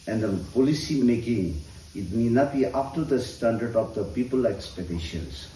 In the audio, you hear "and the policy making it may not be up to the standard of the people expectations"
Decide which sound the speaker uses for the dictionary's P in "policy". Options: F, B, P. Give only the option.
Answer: P